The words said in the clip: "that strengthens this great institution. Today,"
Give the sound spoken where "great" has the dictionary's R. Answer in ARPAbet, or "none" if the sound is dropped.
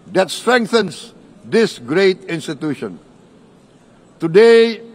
R